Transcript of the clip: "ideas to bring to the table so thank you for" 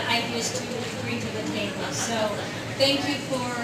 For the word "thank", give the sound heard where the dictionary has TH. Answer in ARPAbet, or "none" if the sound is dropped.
TH